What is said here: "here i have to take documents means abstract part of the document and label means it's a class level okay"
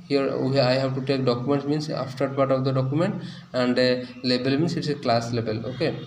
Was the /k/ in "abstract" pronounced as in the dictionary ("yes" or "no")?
no